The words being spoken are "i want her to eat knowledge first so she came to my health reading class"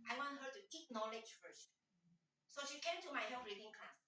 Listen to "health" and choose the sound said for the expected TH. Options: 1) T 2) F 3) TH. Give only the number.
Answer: 2